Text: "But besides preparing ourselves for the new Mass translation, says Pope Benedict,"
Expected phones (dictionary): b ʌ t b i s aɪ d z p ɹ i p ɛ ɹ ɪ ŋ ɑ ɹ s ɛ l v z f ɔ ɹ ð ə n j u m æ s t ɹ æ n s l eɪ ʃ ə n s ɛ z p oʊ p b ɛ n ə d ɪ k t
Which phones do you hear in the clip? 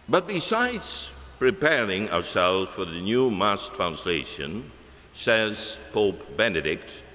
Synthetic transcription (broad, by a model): b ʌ t b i s aɪ d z p ɹ i p ɛ ɹ ɪ ŋ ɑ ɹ s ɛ l z f ɔ ɹ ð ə n j u m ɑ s t ɹ æ n s l eɪ ʃ ə n s ɛ z p oʊ p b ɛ n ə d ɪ k t